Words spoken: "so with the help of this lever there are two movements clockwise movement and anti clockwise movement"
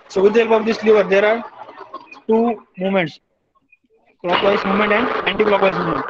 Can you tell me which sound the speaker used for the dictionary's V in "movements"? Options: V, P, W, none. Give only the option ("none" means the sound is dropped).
none